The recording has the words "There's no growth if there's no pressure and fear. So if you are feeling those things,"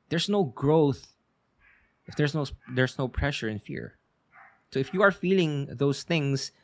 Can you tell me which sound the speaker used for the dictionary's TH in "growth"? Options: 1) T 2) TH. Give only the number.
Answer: 2